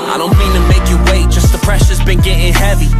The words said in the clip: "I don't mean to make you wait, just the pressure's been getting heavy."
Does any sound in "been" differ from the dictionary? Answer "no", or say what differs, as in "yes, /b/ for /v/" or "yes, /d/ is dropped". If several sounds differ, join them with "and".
no